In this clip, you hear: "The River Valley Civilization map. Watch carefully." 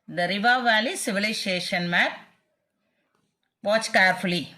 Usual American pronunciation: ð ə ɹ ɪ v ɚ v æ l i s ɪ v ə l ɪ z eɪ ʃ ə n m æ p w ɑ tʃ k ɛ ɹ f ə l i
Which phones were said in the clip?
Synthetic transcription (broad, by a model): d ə ɹ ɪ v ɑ v æ l i s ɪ v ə l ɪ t eɪ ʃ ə n m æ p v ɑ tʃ k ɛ ɹ f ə l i